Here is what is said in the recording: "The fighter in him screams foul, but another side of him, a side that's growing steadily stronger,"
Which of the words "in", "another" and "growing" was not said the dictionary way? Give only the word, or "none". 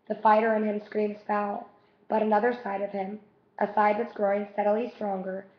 none